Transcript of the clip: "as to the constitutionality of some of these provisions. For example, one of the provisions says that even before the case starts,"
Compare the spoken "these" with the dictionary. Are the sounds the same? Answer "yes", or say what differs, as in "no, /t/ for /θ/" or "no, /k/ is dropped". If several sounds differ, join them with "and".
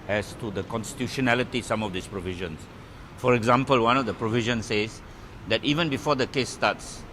no, /s/ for /z/